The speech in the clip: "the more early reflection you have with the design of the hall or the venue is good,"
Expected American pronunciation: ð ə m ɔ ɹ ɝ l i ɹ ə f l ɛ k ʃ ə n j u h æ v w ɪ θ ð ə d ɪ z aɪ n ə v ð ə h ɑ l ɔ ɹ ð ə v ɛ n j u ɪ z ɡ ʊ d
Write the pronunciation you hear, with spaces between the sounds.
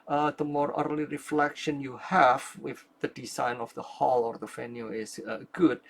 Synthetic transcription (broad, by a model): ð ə m ɔ ɹ ɝ l i ɹ ə f l ɛ k ʃ ə n j u h æ v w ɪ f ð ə d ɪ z aɪ n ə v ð ə h ɑ l ɔ ɹ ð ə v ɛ n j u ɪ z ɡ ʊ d